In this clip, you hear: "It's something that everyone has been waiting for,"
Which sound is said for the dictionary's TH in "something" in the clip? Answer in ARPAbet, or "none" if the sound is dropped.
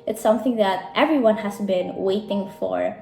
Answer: TH